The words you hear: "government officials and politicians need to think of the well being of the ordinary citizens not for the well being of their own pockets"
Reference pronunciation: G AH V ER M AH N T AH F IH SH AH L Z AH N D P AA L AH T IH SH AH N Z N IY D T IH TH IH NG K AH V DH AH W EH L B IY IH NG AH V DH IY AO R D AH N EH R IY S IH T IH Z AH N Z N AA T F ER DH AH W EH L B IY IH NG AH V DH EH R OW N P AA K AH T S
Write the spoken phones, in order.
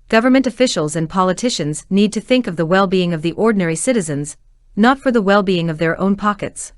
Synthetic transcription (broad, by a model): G AH V ER M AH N T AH F IH SH L Z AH N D P AA L AH T IH SH AH N Z N IY D T IH TH IH NG K AH V DH AH W EH L B IY IH NG AH V DH IY AO R D N EH R IY S IH T IH Z AH N Z N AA T F ER DH AH W EH L B IY IH NG AH V DH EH R OW N P AA K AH T S